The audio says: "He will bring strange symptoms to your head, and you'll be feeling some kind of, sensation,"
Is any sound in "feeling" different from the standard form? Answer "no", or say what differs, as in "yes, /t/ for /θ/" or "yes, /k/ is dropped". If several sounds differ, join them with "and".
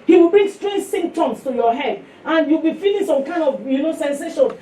yes, /n/ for /l/